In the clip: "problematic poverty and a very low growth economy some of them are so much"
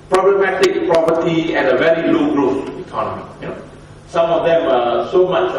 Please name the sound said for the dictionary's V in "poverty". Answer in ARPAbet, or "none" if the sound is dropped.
P